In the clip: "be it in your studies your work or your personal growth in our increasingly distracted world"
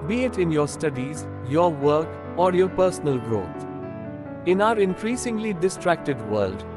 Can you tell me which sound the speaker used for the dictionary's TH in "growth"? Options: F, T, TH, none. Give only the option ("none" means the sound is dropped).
T